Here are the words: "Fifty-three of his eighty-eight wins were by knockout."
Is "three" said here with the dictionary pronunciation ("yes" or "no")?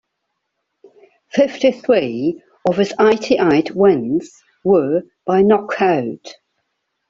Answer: yes